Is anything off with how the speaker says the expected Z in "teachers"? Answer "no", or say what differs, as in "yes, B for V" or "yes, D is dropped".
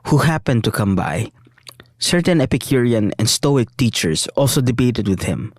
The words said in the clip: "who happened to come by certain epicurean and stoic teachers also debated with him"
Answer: yes, S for Z